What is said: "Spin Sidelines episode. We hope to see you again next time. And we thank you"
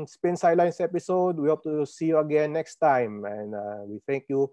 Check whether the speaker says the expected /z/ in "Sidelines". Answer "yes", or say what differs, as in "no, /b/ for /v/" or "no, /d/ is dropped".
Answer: no, /s/ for /z/